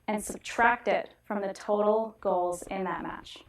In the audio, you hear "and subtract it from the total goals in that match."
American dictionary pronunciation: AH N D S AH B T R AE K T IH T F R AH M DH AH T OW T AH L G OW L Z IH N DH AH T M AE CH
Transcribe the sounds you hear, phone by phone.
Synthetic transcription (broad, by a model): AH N S AH B T R AE K T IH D F R AH M DH AH T OW T L G OW L Z IH N DH AH T M AE CH